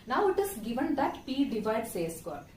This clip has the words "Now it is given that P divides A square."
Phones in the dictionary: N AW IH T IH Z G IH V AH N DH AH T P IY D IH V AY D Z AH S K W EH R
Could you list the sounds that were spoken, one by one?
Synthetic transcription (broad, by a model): N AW IH T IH S G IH V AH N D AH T P IY D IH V AY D S AH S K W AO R